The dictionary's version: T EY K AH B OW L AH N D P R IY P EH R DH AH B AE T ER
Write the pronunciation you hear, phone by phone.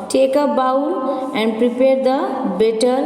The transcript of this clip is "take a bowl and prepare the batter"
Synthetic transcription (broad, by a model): T EY K AH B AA W AH N D P R IY P EH R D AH B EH T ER